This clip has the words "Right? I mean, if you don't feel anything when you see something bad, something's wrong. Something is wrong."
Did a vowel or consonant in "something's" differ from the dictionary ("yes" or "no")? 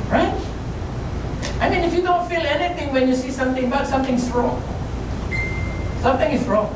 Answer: yes